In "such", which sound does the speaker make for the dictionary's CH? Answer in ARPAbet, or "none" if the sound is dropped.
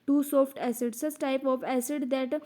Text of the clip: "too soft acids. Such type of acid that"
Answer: S